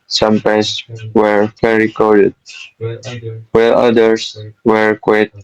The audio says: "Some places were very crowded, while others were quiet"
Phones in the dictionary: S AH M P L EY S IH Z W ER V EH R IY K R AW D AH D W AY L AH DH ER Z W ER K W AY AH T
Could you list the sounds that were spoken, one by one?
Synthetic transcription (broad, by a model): S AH M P EY IH S W ER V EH R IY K AO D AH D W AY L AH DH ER S W ER K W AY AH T